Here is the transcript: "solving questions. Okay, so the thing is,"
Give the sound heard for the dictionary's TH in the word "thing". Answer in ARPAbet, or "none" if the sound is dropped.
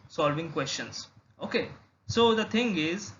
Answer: T